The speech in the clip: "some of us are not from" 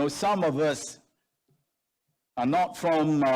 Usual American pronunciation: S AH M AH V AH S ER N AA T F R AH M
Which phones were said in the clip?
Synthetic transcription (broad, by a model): S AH M AH V AH S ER N AA T F R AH M